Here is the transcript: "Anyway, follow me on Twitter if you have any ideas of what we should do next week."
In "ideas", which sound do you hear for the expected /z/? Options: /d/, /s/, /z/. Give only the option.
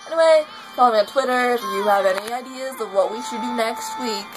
/z/